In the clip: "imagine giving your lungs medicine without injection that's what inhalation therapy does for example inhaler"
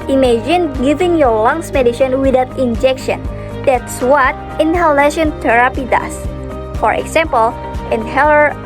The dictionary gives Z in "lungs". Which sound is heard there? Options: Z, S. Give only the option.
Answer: S